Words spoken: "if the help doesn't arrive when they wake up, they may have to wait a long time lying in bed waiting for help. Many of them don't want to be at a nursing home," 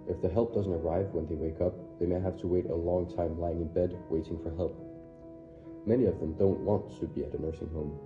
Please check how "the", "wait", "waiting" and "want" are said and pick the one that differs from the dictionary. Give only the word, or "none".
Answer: none